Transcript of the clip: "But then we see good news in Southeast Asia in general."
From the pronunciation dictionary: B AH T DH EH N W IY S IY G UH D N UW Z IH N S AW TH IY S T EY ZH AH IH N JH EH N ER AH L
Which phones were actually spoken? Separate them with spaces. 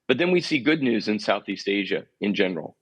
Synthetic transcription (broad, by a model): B AH T DH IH N W IY S IY G UH D N UW Z IH N S AW TH IY S T EY ZH AH IH N JH EH N ER L